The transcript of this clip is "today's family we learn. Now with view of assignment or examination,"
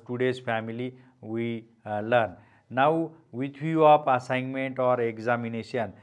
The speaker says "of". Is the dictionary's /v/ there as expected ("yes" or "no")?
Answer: no